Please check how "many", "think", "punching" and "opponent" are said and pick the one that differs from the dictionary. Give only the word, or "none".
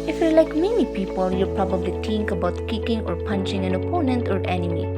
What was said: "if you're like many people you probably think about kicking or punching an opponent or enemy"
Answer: think